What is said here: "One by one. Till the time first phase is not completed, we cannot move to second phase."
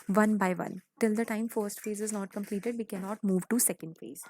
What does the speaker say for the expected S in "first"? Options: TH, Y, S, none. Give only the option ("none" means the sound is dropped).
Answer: S